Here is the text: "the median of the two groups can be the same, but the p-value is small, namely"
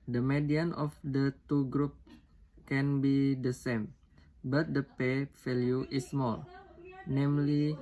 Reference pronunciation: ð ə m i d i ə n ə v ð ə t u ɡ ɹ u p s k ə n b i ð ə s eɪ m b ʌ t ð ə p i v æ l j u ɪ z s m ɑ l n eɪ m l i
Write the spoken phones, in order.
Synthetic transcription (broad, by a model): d ə m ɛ d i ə n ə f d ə t u ɡ ɹ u p k ə n b i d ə s eɪ m b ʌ t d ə p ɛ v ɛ l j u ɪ s m ɑ l n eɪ m l i